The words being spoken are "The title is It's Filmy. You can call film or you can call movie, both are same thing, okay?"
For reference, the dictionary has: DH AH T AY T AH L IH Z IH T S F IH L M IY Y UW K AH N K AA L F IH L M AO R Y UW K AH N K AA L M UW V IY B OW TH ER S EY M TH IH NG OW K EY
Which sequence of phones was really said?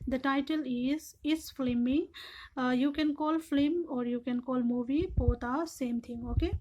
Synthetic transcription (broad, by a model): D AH T AY T AH L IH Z IH T S F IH M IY Y UW K AH N K AA L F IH M AO R Y UW K AH N K AA L M UW V IY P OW T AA S EY M T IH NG OW K EY